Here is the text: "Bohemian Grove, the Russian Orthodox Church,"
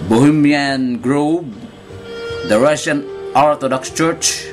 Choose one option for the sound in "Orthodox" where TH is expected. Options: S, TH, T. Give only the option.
T